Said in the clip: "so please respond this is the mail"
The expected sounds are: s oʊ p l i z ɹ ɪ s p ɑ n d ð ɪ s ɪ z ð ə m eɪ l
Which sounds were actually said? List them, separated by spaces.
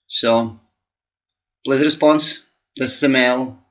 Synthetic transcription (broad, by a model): s oʊ b l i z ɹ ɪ s p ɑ n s ð ɪ s ɪ z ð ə m eɪ l